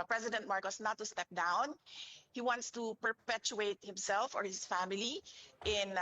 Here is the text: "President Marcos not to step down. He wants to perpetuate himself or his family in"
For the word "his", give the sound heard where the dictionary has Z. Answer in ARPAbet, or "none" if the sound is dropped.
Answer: S